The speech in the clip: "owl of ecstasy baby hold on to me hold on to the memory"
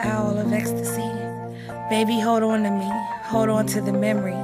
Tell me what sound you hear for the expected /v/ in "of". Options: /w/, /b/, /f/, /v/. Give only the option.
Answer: /v/